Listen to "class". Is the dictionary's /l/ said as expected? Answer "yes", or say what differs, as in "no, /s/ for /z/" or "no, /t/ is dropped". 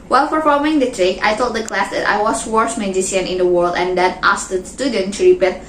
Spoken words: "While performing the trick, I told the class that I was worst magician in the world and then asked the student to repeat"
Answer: yes